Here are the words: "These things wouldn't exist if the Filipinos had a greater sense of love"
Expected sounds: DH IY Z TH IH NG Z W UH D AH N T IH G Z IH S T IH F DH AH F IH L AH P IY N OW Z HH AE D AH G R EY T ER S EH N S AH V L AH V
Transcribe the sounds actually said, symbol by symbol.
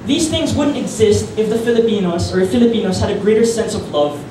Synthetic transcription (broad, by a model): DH IY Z TH IH NG Z W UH D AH N T IH G Z IH S T IH F DH AH F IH L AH P IY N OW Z HH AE D AH G R EY T ER S EH N S AH V L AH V